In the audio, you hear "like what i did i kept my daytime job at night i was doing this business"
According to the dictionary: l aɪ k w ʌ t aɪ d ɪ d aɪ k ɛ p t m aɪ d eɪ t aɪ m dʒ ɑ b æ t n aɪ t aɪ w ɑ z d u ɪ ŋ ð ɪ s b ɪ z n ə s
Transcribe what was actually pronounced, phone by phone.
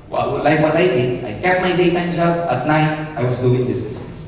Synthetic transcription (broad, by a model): l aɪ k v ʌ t aɪ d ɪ aɪ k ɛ t m aɪ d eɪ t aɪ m dʒ ɑ b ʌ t n aɪ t aɪ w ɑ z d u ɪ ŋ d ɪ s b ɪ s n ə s